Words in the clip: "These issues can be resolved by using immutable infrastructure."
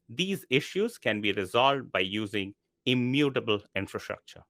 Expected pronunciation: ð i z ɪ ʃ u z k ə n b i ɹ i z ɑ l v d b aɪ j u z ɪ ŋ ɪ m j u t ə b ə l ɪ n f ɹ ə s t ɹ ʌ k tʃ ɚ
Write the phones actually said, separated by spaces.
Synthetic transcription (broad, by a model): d i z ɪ ʃ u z k ə n b i ɹ i z ɑ l v d b aɪ j u z ɪ ŋ ɪ m j u t ə b ə l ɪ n f ɹ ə s t ɹ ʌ k tʃ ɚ